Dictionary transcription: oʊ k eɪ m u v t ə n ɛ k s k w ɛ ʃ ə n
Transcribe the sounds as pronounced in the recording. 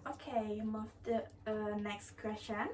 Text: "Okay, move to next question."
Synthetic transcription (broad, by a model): oʊ k eɪ m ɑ f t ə n ɛ k s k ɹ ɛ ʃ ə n